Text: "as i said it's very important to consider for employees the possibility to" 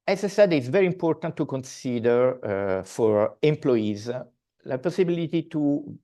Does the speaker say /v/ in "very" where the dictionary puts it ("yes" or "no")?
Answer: yes